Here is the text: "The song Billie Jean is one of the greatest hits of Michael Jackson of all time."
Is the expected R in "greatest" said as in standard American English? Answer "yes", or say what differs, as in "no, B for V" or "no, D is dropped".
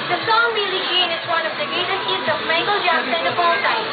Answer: no, R is dropped